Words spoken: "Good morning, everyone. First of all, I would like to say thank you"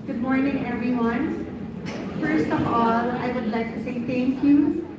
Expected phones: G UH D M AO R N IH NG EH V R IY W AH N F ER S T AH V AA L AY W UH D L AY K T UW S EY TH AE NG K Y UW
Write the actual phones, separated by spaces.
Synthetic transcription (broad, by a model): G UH D M AO R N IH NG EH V R IY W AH N F ER S T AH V AA L AY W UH D L AY K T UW S EY T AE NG K Y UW